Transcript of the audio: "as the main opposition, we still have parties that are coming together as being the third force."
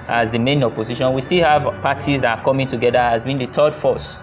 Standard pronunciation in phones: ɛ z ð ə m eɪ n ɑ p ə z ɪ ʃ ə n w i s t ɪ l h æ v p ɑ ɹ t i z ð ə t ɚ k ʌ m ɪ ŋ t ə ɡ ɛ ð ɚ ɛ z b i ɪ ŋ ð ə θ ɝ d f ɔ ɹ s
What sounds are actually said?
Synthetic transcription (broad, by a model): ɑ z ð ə m eɪ n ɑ p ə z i ʃ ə n w i s t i l h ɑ v p ɑ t i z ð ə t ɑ k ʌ m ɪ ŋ t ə ɡ ɛ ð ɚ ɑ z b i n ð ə t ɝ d f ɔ s